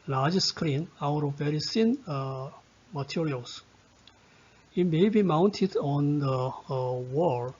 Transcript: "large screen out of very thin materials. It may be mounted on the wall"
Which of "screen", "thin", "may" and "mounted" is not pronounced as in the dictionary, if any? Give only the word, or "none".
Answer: thin